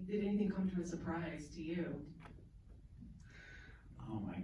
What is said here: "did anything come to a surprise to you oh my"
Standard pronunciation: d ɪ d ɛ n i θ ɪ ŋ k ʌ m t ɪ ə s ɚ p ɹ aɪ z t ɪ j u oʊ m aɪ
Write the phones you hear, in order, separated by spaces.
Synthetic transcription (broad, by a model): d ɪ d ɛ n i θ ɪ ŋ k ʌ m t ɪ ə s ɚ p ɹ aɪ z t ɪ j u oʊ m aɪ